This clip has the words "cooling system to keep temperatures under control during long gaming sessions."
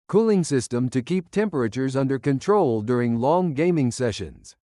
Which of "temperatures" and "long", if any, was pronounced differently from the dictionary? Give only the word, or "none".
none